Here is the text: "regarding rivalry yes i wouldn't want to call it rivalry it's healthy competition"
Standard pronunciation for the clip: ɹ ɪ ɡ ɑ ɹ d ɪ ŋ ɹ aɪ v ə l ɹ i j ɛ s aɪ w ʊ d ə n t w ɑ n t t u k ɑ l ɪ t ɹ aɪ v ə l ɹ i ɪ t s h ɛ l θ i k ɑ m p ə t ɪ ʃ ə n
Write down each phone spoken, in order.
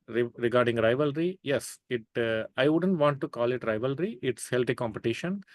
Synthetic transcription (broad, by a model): ɹ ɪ ɡ ɑ ɹ d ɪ ŋ ɹ aɪ v ə l ɹ i j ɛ s aɪ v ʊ d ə n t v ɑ n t t u k ɑ l ɪ t ɹ aɪ v ə l ɹ i ɪ t s h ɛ l t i k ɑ m p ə t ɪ ʃ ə n